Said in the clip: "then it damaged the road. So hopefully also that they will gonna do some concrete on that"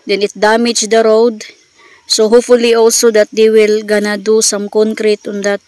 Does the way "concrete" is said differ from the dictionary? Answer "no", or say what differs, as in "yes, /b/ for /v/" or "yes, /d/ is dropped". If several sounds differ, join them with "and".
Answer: no